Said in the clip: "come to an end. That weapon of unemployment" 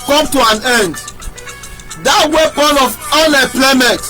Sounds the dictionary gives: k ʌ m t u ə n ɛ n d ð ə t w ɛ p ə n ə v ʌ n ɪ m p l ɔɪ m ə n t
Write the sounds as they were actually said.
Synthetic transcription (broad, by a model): k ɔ m t u ə n ɛ n d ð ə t w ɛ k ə l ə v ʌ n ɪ p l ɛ m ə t